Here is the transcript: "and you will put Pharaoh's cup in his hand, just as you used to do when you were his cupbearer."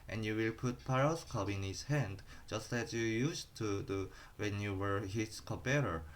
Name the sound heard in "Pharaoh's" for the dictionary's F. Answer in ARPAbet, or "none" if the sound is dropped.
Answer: P